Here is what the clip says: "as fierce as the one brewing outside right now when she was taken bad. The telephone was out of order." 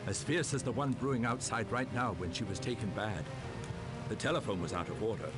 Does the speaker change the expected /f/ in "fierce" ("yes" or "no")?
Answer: no